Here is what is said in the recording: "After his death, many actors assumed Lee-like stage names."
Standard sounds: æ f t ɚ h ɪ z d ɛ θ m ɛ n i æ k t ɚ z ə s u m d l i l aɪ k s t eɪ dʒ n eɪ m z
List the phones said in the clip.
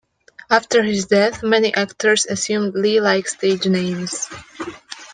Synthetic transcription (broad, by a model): æ f t ɚ h ɪ z d ɛ θ m ɛ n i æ k t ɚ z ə s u m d l i l aɪ k s t eɪ dʒ n eɪ m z